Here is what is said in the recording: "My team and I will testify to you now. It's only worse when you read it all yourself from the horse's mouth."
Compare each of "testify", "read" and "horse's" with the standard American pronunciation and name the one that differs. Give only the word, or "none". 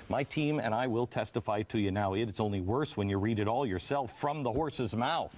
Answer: none